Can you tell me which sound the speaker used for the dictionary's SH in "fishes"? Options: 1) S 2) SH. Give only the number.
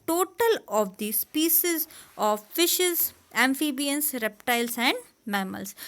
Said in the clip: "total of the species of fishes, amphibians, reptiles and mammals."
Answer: 2